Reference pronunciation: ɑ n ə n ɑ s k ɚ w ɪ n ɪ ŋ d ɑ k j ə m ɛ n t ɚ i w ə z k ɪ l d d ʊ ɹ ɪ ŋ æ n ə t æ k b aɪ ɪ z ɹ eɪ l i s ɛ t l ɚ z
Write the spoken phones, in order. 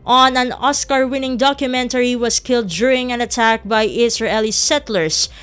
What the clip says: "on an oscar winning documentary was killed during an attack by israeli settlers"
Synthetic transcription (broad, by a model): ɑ n ə n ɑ s k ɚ w ɪ n ɪ ŋ d ɑ k j ə m ɛ n t ɚ i w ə s k ɪ l d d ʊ ɹ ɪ ŋ æ n ə t æ k b aɪ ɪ s ɹ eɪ l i s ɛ t l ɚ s